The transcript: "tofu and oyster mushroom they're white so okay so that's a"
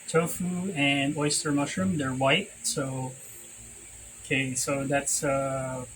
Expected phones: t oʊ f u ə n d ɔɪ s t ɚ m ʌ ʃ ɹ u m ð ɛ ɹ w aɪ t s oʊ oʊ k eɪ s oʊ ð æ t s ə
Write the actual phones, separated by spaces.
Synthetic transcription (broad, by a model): t oʊ f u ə n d ɔɪ s t ɚ m ʌ ʃ ɹ u m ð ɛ ɹ w aɪ t s oʊ oʊ k eɪ s oʊ ð æ t s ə